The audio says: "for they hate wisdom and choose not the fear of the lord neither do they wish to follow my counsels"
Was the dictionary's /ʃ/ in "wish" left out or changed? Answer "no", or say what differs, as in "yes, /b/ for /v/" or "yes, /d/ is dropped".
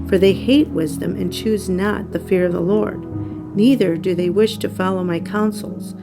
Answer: no